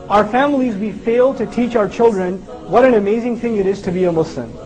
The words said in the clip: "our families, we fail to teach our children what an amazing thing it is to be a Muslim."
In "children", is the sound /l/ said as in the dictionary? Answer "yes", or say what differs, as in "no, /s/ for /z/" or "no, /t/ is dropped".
yes